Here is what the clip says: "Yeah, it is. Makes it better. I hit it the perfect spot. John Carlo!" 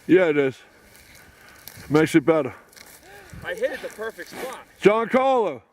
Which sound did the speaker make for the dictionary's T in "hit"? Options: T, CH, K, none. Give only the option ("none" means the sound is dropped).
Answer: none